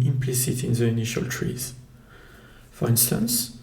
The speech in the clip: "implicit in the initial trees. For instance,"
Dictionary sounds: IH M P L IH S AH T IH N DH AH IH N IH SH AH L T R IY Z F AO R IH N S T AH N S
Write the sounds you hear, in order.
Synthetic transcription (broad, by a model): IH M P L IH S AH T IH N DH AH IH N IH SH AH L T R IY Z F AO R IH N S T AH N S